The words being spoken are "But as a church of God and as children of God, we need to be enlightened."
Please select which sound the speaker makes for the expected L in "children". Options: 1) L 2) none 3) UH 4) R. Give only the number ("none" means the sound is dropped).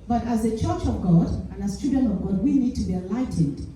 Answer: 2